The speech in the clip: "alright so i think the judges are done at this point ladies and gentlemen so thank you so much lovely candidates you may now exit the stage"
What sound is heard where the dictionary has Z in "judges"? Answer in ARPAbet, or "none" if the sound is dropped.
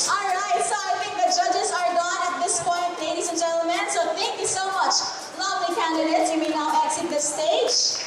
Z